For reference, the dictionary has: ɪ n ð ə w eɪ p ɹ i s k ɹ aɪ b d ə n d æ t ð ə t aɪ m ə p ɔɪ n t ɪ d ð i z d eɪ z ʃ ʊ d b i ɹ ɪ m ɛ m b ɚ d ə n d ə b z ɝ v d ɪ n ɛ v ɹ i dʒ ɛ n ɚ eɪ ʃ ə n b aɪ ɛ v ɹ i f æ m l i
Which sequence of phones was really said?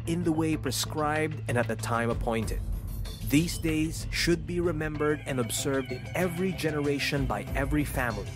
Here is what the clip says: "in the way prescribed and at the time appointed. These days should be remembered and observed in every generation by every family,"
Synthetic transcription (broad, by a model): ɪ n ð ə w eɪ p ɹ i s k ɹ aɪ b d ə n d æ t ð ə t aɪ m ə p ɔɪ n t ɪ d ð i z d eɪ z ʃ ʊ d b i ɹ ɪ m ɛ m b ɚ d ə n ə b z ɝ v d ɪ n ɛ v ɹ i dʒ ɛ n ɚ eɪ ʃ ə n b aɪ ɛ v ɹ i f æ m l i